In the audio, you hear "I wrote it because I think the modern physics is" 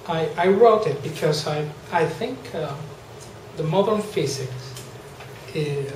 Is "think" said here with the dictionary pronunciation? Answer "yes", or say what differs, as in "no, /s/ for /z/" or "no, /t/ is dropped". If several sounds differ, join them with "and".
yes